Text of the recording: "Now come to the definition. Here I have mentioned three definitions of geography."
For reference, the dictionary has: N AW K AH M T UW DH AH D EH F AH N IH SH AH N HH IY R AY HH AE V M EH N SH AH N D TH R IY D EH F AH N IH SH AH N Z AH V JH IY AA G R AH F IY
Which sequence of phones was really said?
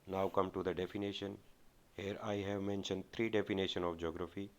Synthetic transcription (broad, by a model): N AW K AH M T UW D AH D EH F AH N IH SH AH N HH IY R AY HH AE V M EH N SH AH N D T R IY D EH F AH N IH SH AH N AH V JH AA G R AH F IY